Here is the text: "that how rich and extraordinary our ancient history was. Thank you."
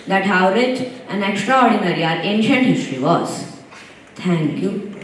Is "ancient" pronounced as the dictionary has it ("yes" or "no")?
yes